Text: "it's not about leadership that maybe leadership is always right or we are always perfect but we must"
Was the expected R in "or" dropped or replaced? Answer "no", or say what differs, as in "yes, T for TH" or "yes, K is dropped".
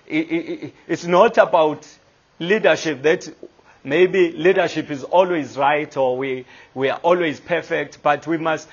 yes, W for R